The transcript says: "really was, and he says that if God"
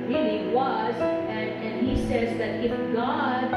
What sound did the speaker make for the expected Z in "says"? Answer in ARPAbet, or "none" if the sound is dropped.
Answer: Z